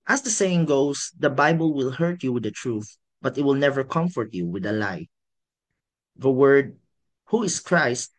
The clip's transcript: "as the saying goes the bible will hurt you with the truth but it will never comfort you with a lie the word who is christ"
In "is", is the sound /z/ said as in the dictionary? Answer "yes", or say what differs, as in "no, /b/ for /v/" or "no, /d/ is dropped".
no, /s/ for /z/